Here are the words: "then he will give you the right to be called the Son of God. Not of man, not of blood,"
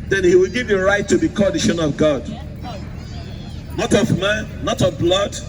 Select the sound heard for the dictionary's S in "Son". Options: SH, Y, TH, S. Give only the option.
SH